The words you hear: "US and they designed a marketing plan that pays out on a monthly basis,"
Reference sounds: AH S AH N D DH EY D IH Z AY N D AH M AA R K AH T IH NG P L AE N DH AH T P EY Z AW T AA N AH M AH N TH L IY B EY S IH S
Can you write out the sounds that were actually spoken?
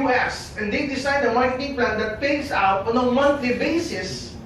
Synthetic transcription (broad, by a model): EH S AH N D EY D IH S AY D AH M AA R K AH T IH NG P L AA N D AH T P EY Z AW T AA N AH M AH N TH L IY B EY S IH S